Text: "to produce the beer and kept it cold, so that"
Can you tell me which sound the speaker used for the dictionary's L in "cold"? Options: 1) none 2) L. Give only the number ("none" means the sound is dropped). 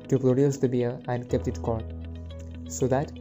1